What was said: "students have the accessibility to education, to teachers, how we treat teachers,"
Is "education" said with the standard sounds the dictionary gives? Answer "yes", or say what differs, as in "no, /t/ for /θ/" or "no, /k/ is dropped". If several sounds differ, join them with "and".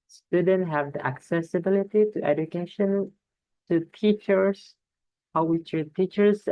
yes